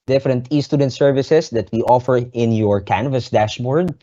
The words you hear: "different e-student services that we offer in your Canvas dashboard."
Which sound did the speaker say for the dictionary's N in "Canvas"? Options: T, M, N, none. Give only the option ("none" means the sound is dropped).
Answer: N